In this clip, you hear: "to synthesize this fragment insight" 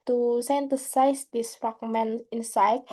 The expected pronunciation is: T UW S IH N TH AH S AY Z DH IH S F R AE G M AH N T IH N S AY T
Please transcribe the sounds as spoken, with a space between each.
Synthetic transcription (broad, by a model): T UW S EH N T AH S AY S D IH S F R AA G M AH N IH N S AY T